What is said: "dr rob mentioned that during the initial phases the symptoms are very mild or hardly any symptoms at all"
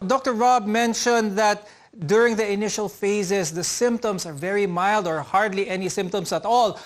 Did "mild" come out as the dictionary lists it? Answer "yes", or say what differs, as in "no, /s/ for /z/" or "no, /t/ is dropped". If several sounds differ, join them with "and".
yes